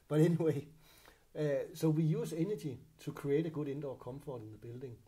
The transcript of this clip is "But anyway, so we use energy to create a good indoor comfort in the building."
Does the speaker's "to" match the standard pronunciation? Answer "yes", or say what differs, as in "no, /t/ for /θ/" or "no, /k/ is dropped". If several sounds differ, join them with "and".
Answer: no, /s/ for /t/